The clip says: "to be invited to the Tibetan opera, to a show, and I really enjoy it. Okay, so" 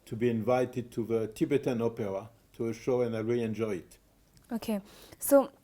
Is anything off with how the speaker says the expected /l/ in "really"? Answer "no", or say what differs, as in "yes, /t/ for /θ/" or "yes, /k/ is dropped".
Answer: yes, /l/ is dropped